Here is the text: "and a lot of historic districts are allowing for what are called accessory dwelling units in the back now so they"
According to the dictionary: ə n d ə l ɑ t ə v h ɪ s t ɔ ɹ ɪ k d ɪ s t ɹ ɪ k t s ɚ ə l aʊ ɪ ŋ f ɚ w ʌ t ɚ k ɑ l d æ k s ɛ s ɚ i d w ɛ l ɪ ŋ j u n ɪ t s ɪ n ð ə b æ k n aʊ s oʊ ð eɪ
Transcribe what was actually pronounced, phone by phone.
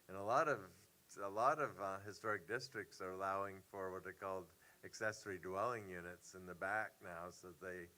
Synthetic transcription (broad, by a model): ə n d ə l ɑ t ə v h ɪ s t ɔ ɹ ɪ k d ɪ s t ɹ ɪ k t s ɚ ə l aʊ ɪ ŋ f ɚ w ʌ t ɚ k ɑ l d æ k s ɛ s ɚ i d w ɛ l ɪ ŋ j u n ɪ t s ɪ n ð ə b æ k n aʊ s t ð eɪ